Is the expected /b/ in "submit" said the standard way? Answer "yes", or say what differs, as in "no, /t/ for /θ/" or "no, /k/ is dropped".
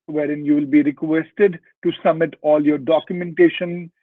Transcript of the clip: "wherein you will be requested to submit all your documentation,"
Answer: no, /b/ is dropped